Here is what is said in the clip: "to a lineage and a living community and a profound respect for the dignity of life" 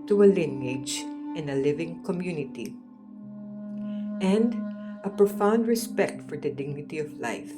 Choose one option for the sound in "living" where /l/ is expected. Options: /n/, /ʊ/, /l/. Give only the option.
/l/